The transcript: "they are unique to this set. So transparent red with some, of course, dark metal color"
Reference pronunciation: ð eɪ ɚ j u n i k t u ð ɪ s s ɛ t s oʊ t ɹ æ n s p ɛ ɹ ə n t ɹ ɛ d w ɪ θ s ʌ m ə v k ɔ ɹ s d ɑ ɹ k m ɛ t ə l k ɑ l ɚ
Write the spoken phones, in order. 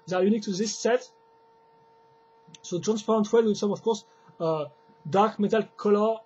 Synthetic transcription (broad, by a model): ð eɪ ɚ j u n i k t u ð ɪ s s ɛ t s oʊ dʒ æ n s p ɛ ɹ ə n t w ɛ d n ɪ s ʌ m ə f k ɔ ɹ s d ɑ ɹ k m ɛ t ə l k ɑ l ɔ